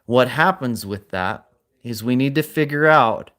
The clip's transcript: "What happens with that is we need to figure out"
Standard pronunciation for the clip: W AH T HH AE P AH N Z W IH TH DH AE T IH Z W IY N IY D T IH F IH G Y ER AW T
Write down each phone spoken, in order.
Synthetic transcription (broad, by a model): W AH T HH AE P AH N Z W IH DH AE T IH Z W IY N IY D T IH F IH G Y ER AW T